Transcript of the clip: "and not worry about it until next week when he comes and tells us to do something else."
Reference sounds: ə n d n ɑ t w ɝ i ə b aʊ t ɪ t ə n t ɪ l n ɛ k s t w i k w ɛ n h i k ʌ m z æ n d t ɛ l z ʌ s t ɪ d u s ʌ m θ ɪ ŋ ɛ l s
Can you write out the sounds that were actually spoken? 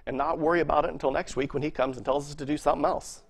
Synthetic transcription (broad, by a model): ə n n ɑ t w ɝ i ə b aʊ t ɪ t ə n t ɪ l n ɛ k s t w i k w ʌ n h i k ʌ m z n t ɛ l z ʌ s t ɪ d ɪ s ʌ m θ ɪ ŋ ɛ l s